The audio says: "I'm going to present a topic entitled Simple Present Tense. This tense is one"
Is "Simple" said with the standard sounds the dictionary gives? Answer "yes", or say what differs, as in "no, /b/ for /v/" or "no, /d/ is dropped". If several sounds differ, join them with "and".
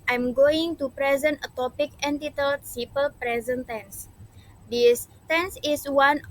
no, /m/ is dropped